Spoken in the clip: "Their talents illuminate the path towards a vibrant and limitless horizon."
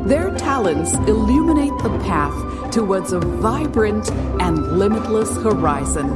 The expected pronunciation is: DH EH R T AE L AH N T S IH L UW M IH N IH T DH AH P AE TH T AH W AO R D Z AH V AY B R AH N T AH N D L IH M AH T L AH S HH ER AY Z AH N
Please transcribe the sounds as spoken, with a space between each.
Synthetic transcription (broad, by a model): DH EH R T AE L AH N T S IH L UW M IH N IH T DH AH P AE TH T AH W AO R D Z AH V AY B R AH N T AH N L IH M AH T L AH S HH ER AY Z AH N